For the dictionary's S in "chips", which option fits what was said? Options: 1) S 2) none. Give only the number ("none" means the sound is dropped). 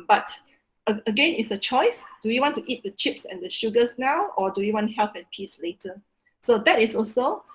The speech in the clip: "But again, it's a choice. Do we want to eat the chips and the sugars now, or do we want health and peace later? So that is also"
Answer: 1